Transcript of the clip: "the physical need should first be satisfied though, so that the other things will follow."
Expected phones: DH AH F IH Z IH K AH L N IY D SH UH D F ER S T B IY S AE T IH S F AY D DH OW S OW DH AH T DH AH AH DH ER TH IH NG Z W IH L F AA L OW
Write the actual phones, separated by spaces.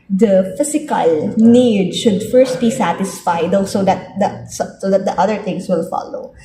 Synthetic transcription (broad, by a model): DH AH F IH S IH K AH L N IY D SH UH D F ER S T B IY S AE T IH S F AY D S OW S OW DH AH T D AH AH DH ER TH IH NG S W IH L F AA L OW